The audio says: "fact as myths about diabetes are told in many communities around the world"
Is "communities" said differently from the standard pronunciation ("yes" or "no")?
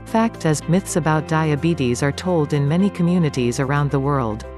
no